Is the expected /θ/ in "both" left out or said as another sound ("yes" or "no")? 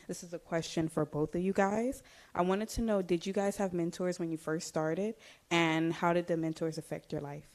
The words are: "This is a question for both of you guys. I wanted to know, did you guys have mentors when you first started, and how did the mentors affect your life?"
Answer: no